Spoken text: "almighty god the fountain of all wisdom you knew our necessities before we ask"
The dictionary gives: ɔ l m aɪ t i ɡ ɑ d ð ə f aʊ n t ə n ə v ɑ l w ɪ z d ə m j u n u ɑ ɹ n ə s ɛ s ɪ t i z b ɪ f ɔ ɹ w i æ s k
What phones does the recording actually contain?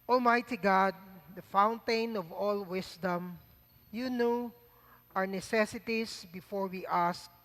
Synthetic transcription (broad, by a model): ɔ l m aɪ t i ɡ ɑ d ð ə f aʊ n t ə n ə v ɑ l w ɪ s d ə m j u n u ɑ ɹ n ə s ɛ s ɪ t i s b ɪ f ɔ ɹ w i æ s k